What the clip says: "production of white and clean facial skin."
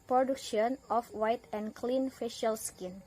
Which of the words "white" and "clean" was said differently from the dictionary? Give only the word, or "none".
none